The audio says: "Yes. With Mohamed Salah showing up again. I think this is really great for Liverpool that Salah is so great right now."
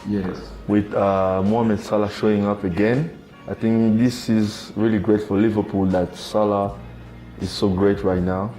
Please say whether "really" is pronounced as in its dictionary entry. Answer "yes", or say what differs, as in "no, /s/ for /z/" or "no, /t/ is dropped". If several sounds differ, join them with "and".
yes